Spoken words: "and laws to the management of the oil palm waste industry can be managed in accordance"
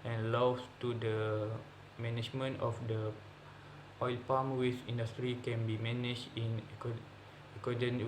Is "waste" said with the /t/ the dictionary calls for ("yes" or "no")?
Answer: no